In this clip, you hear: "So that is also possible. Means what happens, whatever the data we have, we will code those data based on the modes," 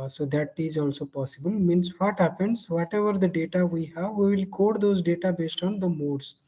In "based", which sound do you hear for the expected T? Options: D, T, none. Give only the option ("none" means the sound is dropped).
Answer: T